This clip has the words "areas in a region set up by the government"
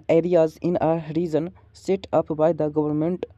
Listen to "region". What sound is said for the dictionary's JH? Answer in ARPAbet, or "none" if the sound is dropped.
Z